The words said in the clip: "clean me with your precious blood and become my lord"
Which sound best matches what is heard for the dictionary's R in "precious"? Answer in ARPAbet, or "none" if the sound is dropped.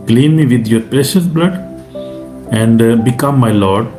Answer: R